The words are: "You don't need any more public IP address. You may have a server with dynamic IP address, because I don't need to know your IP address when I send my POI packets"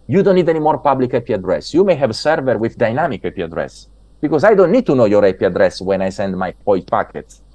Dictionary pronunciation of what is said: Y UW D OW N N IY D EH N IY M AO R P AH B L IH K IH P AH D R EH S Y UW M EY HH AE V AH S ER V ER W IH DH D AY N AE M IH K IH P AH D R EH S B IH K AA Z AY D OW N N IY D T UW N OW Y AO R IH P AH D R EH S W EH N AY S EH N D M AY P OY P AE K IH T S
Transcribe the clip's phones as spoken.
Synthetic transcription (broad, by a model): Y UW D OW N N IY D EH N IY M AO R P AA B L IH K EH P AH D R EH S Y UW M EY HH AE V S ER V ER W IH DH D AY N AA M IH K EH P AH D R EH S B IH K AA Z AY D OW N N IY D T UW N OW Y AO R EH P AH D R EH S W EH N AY S EH N D M AY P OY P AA K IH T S